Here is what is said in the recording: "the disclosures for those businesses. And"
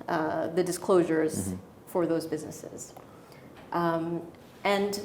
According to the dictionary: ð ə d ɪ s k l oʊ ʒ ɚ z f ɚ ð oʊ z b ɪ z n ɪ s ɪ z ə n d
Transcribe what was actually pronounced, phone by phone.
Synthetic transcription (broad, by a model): ð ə d ɪ s k l oʊ ʒ ɚ z f ɚ ð oʊ z b ɪ z n ɪ s ɪ z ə n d